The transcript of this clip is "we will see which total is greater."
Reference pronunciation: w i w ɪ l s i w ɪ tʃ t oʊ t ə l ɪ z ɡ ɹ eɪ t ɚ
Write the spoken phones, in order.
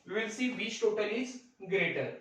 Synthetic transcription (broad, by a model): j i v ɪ l s i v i s t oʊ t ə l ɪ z ɡ ɹ eɪ t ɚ